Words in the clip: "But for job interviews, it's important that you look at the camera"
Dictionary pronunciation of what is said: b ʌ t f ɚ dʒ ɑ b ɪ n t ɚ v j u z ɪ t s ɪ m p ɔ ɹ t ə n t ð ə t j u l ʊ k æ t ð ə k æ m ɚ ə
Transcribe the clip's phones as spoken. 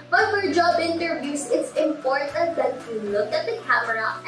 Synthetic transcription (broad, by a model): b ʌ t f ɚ dʒ ɑ b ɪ n t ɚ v j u s ɪ t s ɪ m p ɔ ɹ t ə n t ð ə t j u l ʊ k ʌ t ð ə k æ m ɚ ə